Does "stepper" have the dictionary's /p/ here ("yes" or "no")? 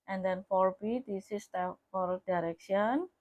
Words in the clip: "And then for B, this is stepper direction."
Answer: no